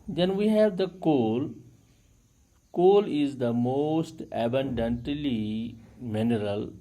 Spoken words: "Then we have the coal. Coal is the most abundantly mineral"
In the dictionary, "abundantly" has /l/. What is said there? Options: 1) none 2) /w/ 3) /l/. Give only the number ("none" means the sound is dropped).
3